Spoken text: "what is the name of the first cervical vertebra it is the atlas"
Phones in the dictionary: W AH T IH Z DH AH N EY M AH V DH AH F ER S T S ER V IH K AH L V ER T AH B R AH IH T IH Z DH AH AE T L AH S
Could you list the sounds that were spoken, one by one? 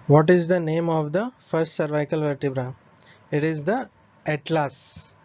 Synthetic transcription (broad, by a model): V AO T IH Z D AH N EY M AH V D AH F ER S T S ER V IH K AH L V ER T AH B R AH IH T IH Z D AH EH T L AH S